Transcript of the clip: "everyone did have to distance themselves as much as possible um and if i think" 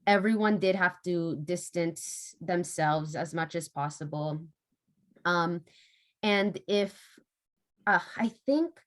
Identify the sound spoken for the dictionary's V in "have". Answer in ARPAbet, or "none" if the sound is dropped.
F